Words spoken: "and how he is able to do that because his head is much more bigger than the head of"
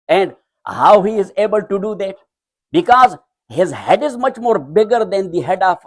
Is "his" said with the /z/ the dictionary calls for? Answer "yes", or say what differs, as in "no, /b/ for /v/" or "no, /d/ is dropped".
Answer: yes